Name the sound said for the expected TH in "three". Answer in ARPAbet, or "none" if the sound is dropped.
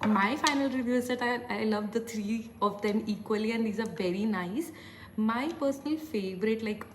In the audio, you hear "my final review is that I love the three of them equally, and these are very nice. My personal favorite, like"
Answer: T